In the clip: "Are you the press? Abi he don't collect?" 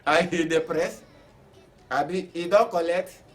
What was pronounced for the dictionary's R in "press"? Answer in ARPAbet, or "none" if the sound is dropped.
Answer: R